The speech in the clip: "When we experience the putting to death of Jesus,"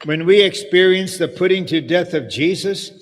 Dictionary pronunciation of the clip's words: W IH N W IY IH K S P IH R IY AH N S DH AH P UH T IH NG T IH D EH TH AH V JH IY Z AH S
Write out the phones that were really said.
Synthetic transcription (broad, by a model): W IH N W IY IH K S P IH R IY AH N S DH AH P UH T IH NG T IH D EH TH AH V JH IY Z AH S